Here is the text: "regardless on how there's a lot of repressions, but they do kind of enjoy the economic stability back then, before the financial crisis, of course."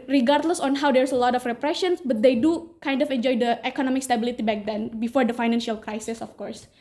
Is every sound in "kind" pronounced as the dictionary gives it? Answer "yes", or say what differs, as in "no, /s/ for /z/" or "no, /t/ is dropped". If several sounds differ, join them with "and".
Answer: yes